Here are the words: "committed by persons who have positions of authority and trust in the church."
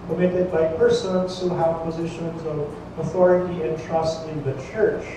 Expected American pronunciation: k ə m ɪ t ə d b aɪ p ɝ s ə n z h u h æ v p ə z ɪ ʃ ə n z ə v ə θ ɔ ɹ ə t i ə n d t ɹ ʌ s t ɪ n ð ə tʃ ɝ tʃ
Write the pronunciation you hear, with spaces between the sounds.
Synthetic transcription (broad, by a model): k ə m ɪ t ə d b aɪ p ɝ s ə n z h u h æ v p ə z ɪ ʃ ə n z ə v ə θ ɔ ɹ ə t i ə n t ɹ ʌ s t ɪ n ð ə tʃ ɝ tʃ